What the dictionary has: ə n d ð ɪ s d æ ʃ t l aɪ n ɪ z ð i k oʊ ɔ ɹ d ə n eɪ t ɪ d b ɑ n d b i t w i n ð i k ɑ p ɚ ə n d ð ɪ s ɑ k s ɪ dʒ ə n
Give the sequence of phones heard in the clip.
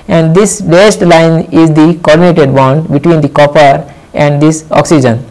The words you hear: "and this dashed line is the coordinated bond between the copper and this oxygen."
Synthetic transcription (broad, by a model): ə n d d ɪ s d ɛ s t l aɪ n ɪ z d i k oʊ ɔ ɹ d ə n eɪ t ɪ d b ɑ n d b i t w i n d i k ɑ p ɚ ə n d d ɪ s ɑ k s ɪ dʒ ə n